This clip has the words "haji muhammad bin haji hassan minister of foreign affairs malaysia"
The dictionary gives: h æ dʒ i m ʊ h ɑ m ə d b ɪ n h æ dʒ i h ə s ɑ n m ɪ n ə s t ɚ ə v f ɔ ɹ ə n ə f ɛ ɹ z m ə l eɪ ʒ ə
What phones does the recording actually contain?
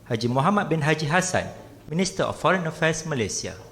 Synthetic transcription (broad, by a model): h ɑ dʒ i m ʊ h ɑ m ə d b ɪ n h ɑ dʒ i h ə s ɑ n m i n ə s t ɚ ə f ɔ ɹ ə n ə f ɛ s m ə l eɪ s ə